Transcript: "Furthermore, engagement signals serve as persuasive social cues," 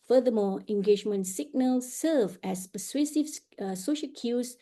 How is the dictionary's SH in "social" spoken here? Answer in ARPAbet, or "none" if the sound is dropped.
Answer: SH